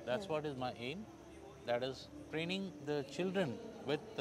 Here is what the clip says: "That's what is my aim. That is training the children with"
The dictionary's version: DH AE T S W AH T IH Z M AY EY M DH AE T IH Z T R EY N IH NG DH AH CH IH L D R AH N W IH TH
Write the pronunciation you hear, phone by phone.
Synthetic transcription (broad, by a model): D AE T S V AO T IH Z M AY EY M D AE T IH Z T R EY N IH NG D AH CH IH L D R AH N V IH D